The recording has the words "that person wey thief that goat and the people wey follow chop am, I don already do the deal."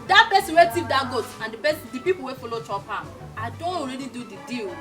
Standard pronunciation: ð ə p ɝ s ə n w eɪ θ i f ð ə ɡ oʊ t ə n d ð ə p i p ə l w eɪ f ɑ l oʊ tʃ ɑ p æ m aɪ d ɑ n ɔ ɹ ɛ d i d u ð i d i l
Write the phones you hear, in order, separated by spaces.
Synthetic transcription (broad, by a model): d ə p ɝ s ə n w eɪ s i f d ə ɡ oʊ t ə n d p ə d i p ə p w eɪ f ɑ l oʊ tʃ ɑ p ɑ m aɪ d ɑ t ɔ ɹ ɛ d i d u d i d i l